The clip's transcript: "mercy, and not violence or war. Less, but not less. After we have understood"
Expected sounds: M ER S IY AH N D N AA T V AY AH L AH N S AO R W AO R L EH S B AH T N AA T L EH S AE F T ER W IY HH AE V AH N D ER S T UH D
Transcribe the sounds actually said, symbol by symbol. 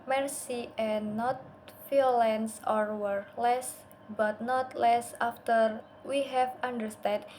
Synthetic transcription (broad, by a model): M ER S IY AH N N AA T F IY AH L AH N S AO R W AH R L EH S B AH T N AA T L EH S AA F T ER W IY HH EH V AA N D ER S T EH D